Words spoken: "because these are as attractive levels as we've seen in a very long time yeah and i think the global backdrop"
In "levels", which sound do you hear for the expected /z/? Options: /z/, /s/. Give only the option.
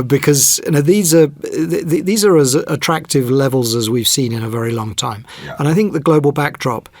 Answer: /z/